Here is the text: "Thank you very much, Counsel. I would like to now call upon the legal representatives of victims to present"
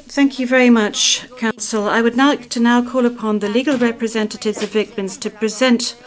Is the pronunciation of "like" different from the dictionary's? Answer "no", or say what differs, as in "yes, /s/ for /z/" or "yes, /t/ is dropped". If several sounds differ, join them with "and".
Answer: yes, /n/ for /l/